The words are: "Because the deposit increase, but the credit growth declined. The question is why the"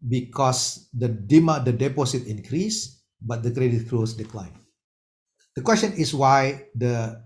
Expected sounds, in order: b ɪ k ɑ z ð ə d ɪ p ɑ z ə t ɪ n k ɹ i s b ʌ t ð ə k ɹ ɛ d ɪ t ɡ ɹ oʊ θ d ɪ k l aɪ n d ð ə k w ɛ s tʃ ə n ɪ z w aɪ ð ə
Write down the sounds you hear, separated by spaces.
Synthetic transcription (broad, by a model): b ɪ k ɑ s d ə d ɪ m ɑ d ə t ɪ n k ɹ i s b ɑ t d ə k ɹ ɛ d ɪ t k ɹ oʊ s d ɪ k l aɪ n d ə k w ɛ s tʃ ə n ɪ s w aɪ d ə